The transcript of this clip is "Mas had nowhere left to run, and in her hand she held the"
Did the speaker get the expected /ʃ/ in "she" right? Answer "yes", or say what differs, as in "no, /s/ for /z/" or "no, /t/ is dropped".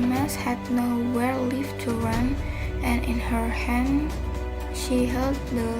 yes